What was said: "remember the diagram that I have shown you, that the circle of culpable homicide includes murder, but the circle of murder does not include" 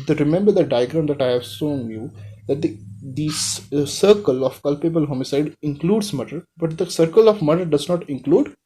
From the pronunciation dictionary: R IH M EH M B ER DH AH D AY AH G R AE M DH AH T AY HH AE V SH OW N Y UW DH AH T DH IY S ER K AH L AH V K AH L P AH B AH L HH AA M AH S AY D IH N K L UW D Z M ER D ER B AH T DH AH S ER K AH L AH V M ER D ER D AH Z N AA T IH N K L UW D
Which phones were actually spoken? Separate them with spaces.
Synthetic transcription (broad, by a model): R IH M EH M B ER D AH D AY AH G R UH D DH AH T AY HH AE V S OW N Y UW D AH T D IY S ER K AH L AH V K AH L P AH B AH L HH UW M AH S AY D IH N K L UW D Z M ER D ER B AH T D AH S ER K AH L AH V M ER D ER D AH Z N AA T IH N K L UW D